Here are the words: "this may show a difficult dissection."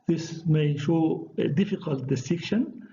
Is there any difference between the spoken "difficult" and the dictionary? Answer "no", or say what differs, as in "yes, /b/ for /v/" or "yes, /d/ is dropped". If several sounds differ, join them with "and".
no